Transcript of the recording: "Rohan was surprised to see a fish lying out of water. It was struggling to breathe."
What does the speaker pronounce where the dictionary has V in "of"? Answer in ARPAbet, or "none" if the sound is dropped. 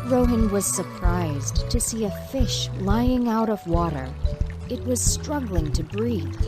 V